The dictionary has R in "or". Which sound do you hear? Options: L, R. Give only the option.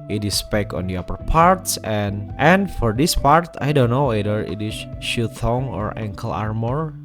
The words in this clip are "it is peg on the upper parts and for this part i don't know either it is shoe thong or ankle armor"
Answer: R